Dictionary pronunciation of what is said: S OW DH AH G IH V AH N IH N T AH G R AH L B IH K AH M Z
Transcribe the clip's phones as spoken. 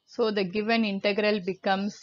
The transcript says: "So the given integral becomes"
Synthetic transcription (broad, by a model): S OW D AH G IH V AH N IH N T AH G R AH L B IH K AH M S